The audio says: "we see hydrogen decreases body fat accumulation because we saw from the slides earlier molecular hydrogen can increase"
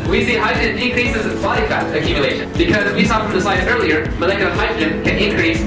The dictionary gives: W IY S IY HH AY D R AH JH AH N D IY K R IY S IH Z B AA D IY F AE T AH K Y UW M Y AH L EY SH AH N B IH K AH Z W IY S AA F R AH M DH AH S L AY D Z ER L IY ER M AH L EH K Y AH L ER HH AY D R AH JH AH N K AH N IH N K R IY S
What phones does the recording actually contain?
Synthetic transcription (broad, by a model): W IY S IY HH AY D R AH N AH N K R IY S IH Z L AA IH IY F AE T AH K Y UW M Y AH L EY SH AH N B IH K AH Z W IY S AA F R AH M DH AH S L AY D ER L IY ER M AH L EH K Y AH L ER HH AY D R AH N K AH N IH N K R IY S